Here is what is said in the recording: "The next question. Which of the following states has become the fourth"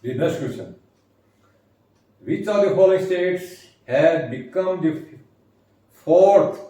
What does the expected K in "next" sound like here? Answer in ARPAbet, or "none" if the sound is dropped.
none